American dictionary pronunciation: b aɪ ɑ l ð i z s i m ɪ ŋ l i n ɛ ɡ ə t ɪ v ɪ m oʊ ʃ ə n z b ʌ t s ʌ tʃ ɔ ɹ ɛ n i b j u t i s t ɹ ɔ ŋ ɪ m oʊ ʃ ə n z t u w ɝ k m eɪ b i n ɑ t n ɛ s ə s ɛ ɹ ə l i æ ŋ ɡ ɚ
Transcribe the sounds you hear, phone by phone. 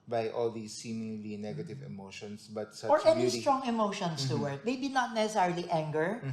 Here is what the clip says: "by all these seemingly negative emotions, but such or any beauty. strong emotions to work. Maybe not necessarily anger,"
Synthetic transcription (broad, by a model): b aɪ ɑ l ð i s i m ɪ ŋ l i n ɛ ɡ ə t ɪ v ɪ m oʊ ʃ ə n s b ʌ t s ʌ ɔ ɹ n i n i s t ɹ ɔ ŋ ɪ m oʊ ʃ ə n s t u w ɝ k m eɪ b i n ɑ t n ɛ s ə s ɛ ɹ l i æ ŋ ɡ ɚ